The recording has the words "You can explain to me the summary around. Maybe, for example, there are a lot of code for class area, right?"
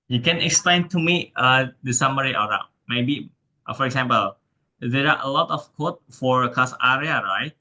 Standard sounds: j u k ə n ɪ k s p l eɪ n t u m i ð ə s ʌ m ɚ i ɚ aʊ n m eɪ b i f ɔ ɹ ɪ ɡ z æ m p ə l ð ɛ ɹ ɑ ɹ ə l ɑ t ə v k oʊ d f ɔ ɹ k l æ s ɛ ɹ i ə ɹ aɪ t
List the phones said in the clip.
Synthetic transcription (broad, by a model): j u k ə n ɪ k s p l eɪ n t u m i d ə s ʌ m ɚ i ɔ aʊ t m eɪ b i f ɔ ɹ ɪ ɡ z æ m p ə l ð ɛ ɹ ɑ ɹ ə l ɑ t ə f k oʊ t f ɔ ɹ k ɑ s ɛ ɹ i ə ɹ aɪ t